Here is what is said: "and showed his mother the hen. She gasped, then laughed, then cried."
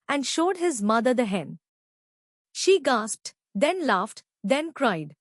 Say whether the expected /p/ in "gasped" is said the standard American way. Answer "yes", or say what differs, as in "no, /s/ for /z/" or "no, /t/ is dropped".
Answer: yes